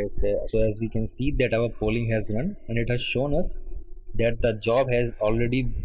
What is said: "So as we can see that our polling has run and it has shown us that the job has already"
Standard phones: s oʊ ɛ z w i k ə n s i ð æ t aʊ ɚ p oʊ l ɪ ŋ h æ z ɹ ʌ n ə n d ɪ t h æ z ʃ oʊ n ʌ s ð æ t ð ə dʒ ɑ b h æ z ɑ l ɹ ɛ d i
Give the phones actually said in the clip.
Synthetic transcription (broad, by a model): s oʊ ɛ z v i k ə n s i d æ t aʊ ɚ p oʊ l ɪ ŋ h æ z ɹ ʌ n ə n d ɪ t h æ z ʃ oʊ n ʌ s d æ t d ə dʒ ɑ b h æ z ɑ l ɹ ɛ d i